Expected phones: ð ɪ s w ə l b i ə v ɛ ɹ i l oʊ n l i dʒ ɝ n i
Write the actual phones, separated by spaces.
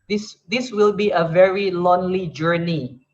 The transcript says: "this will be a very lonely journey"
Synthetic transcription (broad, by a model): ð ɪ s w ə l b i ə v ɛ ɹ i l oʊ n l i dʒ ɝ n i